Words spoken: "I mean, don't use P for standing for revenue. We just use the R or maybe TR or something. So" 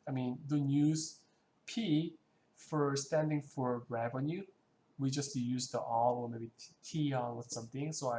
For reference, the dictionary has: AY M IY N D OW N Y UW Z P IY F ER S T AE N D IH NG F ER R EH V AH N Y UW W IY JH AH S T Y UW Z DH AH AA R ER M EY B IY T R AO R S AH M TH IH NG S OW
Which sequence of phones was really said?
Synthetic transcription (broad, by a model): AY M IY N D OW N Y UW Z P IY F ER S T AE N D IH NG F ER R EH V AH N Y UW W IY JH AH S T Y UW Z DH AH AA L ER M EY B IY T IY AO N S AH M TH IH NG S OW